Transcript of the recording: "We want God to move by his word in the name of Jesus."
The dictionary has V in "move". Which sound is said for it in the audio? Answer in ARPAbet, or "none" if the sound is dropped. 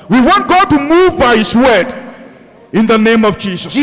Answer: V